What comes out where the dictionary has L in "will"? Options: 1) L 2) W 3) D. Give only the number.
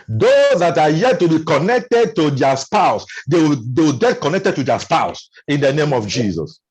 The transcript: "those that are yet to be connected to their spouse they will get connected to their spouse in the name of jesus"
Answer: 2